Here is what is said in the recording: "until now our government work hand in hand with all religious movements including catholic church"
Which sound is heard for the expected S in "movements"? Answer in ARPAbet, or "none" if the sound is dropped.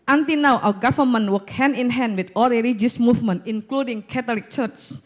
none